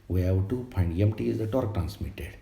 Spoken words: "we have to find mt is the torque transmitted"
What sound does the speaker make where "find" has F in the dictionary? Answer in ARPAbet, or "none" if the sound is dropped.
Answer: P